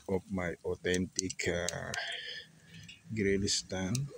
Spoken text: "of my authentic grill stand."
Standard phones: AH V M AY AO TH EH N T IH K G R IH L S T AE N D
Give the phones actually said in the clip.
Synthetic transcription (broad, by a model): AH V M AY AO T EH N T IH K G R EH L S T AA N